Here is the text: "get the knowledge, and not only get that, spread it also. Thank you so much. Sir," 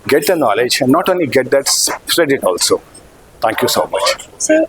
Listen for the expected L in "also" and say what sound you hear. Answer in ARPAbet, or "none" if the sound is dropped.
L